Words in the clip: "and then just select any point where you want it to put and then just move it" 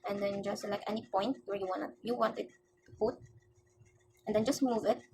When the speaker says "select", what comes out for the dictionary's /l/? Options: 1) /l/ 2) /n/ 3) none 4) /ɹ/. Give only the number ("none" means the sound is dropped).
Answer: 3